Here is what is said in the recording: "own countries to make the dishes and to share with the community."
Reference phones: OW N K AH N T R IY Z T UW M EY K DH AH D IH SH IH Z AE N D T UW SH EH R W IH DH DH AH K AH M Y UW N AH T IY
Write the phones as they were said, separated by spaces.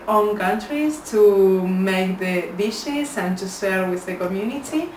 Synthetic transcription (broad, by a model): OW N K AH N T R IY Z T UW M EY K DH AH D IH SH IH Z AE N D T UW S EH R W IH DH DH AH K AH M Y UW N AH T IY